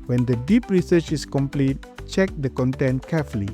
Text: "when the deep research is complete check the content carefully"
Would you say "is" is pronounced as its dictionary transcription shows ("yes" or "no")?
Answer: no